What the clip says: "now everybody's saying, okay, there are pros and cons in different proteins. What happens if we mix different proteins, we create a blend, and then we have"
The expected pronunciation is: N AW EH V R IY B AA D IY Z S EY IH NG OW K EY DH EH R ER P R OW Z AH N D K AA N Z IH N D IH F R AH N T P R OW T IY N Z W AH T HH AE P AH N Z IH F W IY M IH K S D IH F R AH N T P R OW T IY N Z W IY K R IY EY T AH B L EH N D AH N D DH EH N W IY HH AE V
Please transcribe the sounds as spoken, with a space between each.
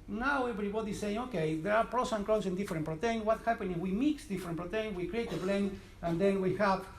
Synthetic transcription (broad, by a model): N AW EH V R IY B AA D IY S EY IH NG OW K EY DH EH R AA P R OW S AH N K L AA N S IH N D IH F R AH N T P R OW T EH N W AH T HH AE P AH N IH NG W IY M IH K S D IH F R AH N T P R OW T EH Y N W IY K R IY EY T AH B L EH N AH N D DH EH N W IY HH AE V